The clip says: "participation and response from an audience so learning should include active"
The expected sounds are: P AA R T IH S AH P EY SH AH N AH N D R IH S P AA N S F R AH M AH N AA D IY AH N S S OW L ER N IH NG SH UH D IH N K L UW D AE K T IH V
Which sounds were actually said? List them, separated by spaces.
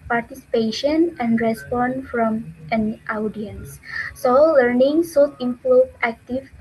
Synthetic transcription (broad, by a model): P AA R T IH S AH P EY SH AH N AH N D R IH S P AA N F R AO M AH N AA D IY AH N S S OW L ER N IH NG S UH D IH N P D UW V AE K T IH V